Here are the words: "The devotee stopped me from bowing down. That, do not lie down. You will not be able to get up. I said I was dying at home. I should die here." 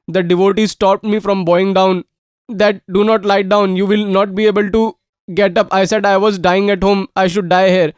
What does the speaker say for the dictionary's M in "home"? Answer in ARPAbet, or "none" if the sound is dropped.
M